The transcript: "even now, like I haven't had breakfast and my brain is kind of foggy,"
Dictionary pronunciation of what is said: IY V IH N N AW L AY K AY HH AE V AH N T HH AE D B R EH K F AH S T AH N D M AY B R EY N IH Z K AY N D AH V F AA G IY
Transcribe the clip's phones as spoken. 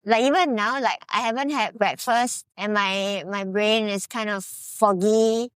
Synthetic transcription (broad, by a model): IY V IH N N AW L AY K AY HH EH V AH N T HH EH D B R EH K F AH S T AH N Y M AY B R EY N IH S K AY N D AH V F AA G IY